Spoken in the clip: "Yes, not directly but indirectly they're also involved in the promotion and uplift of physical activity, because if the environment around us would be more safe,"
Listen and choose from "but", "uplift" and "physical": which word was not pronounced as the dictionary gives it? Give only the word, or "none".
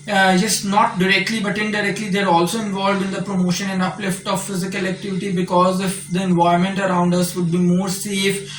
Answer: none